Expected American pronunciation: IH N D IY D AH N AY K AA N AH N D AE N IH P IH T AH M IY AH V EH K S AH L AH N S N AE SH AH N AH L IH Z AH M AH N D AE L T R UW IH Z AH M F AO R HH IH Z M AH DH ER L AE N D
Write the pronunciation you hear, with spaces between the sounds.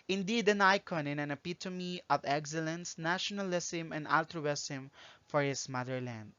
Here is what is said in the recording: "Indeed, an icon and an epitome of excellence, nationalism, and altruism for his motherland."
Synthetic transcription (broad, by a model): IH N D IY D AH N AY K AA N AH N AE N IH P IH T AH M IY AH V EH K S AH L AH N S N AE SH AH N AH L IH S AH M AH N D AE L T R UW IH S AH M F AO R HH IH S M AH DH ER L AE N D